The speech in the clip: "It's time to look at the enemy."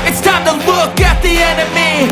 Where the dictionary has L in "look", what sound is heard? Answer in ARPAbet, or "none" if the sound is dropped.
W